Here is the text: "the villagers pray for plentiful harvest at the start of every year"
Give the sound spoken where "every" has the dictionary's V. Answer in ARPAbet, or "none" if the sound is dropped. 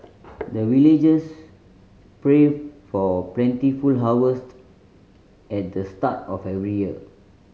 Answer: V